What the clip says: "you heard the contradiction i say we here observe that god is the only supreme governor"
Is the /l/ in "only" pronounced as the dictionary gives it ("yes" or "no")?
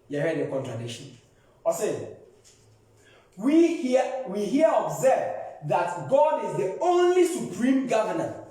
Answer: yes